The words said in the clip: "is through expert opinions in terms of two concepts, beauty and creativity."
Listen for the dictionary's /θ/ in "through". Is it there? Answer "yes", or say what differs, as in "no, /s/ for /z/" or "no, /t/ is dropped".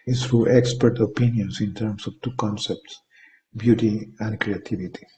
no, /t/ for /θ/